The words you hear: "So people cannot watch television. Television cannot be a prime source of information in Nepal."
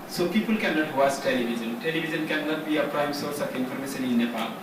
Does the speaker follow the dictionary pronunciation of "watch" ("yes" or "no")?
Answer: no